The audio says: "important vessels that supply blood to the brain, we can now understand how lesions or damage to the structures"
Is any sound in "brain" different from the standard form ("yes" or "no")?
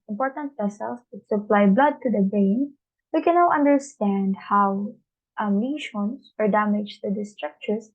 yes